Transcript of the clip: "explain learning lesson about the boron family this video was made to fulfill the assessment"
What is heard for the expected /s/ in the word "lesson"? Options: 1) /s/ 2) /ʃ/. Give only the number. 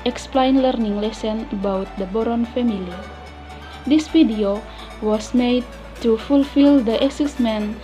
1